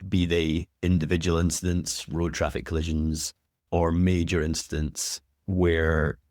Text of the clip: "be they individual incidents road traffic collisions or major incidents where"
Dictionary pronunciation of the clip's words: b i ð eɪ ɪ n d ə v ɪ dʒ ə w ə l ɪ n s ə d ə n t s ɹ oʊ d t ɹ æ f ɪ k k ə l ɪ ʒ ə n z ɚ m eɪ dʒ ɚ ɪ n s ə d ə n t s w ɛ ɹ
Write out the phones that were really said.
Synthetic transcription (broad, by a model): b i ð eɪ ɪ n d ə v ɪ dʒ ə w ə l ɪ n s ə d ə n t s ɹ oʊ d t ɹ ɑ f ɪ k k ə l ɪ ʒ ə n z ɚ m eɪ dʒ ɚ ɪ n s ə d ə n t s w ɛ ɹ